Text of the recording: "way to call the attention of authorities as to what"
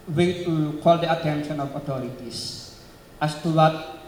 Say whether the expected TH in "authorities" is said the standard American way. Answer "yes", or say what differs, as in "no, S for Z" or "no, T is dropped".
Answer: no, T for TH